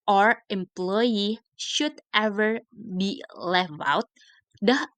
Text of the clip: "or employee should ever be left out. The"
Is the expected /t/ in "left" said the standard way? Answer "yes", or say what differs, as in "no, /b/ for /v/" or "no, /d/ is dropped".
no, /t/ is dropped